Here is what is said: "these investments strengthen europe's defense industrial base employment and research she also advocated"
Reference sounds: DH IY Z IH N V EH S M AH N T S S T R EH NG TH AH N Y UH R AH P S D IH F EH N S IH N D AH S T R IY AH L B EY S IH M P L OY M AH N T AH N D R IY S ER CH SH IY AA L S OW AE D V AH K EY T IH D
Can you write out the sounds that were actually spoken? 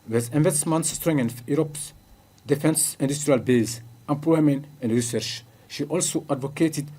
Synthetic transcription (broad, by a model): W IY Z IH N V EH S M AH N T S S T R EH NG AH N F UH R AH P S D IH F EH N S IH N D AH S T R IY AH L B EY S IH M P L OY M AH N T AH N D R IY S ER CH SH IY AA L S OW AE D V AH K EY T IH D